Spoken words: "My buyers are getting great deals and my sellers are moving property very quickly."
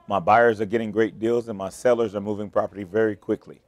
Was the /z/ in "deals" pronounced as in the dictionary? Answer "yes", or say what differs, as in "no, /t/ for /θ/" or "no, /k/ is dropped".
yes